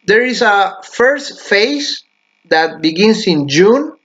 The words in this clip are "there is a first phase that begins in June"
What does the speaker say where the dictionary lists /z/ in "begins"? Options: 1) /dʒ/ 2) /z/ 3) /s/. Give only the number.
3